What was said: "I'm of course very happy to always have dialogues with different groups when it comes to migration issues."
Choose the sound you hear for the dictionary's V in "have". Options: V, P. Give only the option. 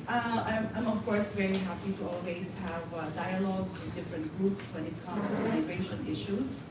V